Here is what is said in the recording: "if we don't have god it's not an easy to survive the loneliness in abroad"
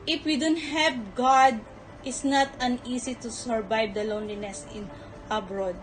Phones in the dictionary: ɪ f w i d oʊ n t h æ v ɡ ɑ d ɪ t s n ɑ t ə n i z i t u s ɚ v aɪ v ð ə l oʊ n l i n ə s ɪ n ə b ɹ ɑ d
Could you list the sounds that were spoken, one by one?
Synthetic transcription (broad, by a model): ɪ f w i d oʊ n t h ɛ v ɡ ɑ d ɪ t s n ɑ t ə n i s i t u s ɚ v aɪ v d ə l oʊ n l i n ə s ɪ n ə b ɹ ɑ d